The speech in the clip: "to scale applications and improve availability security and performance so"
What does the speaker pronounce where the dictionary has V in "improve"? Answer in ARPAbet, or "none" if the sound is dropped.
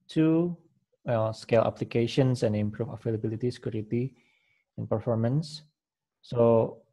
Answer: F